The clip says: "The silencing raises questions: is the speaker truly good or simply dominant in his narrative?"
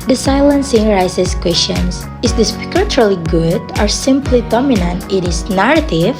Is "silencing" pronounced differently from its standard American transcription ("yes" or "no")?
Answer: no